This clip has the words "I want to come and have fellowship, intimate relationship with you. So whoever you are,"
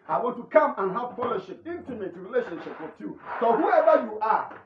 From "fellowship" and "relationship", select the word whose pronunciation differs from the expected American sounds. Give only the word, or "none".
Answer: fellowship